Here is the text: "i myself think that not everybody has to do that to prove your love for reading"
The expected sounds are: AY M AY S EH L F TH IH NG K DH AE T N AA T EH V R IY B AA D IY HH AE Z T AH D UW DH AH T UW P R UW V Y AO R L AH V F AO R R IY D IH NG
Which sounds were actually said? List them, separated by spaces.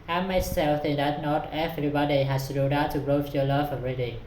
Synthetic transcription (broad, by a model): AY M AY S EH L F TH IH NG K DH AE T N AA T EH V R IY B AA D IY HH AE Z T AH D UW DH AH T UW B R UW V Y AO L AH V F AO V R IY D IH